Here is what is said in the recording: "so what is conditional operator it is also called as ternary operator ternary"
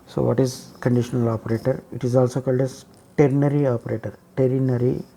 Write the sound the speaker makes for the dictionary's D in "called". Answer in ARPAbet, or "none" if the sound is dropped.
D